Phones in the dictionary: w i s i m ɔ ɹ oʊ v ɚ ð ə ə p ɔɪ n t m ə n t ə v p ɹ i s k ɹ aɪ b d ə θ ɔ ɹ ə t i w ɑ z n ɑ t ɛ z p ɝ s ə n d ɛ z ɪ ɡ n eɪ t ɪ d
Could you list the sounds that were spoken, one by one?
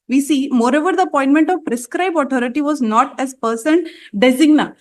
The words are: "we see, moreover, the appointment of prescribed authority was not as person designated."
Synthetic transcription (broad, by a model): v i s i m ɔ ɹ oʊ v ɚ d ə ə p ɔɪ n t m ə n t ə v p ɹ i s k ɹ aɪ b ə t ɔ ɹ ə t i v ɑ z n ɑ t ɛ z p ɝ s ə n d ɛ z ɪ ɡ n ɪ